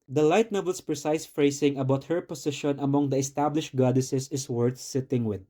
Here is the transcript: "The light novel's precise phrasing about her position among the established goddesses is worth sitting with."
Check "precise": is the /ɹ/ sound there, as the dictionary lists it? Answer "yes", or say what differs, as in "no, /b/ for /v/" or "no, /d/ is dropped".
yes